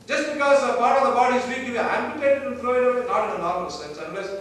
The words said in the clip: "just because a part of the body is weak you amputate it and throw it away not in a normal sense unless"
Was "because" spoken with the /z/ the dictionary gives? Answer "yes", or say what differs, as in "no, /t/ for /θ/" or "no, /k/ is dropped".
yes